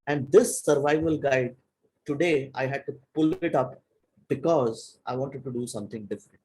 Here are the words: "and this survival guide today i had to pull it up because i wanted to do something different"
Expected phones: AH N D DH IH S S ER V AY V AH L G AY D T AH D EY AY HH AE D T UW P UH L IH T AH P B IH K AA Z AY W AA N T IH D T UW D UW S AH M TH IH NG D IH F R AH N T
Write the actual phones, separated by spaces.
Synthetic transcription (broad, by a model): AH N D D IH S S ER V AY V AH L G AY D T AH D EY AY HH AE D T UW P UH L IH T AH P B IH K AA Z AY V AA N T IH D T UW D UW S AH M T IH NG D IH F R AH N T